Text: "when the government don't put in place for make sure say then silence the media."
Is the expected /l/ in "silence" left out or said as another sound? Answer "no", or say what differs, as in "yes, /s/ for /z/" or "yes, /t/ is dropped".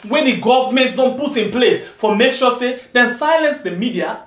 no